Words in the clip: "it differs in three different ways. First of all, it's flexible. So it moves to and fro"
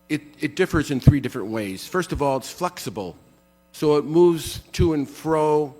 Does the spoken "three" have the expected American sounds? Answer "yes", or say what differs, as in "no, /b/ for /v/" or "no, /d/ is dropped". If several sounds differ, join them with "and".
yes